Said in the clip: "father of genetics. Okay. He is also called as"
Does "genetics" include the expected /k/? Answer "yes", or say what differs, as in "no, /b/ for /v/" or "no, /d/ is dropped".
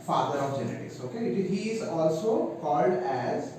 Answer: no, /k/ is dropped